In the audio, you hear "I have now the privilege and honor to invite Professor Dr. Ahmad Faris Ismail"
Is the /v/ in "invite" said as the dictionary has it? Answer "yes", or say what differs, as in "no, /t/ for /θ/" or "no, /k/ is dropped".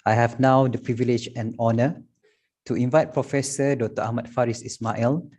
yes